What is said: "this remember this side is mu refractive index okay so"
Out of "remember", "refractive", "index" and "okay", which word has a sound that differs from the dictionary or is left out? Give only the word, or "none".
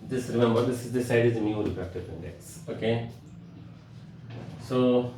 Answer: refractive